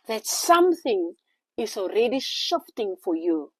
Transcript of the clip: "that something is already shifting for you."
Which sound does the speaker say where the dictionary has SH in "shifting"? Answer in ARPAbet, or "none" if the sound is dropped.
SH